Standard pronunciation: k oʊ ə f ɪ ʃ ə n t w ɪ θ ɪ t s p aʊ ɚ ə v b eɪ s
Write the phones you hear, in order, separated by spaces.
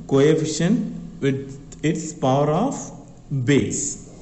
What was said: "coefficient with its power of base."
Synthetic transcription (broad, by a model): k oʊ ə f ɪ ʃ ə n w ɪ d ɪ t s p aʊ ɚ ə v b eɪ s